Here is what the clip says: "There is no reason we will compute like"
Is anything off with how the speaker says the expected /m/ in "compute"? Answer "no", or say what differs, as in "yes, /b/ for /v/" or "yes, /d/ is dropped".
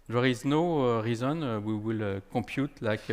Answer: no